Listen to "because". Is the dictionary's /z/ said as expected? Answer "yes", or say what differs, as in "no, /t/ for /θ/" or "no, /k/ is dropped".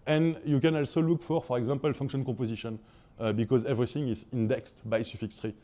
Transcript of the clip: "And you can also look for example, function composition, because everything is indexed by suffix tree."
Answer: yes